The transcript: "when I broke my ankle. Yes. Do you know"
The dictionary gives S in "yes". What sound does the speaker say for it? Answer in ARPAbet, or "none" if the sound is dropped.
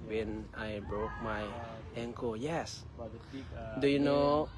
S